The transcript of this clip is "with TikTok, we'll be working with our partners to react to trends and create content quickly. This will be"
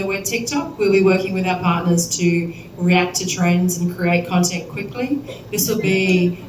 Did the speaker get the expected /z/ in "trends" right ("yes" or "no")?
yes